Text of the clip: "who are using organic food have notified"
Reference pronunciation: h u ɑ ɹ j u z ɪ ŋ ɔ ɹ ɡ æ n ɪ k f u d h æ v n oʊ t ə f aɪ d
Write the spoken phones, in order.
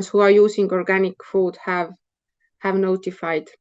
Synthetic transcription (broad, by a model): h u ɑ ɹ j u s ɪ ŋ ɔ ɹ ɡ æ n ɪ k f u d h æ v n oʊ t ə f aɪ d